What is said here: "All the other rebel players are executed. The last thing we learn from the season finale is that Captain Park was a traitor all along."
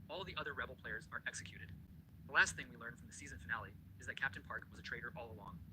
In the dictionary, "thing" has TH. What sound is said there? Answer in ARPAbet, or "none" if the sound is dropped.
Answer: TH